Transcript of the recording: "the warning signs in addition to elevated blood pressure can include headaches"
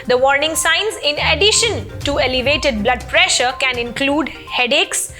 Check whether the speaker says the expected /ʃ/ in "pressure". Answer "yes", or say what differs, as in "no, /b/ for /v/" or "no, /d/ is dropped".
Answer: yes